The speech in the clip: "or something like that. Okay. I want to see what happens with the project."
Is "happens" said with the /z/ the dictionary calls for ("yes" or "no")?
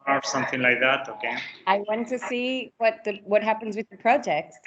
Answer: yes